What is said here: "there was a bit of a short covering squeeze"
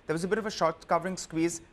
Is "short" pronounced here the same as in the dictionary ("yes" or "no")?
yes